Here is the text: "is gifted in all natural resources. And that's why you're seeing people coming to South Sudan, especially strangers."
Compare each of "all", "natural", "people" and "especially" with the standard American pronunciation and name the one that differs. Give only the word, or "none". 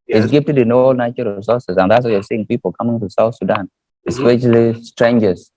natural